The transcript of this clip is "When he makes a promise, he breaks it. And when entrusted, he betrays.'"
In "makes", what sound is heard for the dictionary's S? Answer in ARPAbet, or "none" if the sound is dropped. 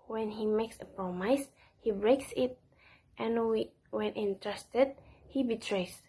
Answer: S